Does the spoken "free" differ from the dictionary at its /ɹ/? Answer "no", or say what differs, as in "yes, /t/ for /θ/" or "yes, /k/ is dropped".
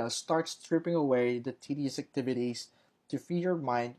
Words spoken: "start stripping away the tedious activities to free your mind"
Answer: yes, /ɹ/ is dropped